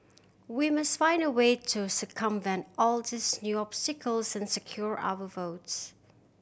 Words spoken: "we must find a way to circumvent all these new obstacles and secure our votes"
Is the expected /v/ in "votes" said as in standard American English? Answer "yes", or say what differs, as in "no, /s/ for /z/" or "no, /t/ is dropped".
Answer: yes